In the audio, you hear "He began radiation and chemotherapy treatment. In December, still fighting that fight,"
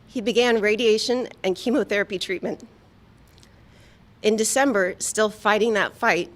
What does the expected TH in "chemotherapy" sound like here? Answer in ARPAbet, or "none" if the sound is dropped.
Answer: TH